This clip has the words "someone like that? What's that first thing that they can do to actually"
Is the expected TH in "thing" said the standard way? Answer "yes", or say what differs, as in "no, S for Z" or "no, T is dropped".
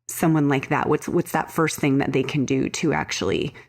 yes